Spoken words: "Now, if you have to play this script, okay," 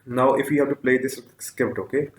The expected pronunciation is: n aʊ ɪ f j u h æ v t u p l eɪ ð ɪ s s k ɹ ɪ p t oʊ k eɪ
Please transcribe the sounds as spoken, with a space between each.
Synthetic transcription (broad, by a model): n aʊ ɪ f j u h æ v t u p l eɪ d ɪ s s k ɪ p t oʊ k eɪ